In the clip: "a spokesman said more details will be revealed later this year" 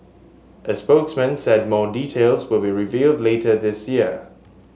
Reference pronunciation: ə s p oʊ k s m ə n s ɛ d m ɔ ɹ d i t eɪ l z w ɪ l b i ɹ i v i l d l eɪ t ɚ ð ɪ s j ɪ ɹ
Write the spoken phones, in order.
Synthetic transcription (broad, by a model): ə s p oʊ k s m ə n s ɛ d m ɔ d i t eɪ l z w ɪ l b i ɹ i v i l d l eɪ t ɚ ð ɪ s j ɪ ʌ